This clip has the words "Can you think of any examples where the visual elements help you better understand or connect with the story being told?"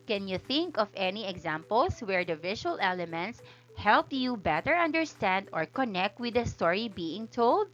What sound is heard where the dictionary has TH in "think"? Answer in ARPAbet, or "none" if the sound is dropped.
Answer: TH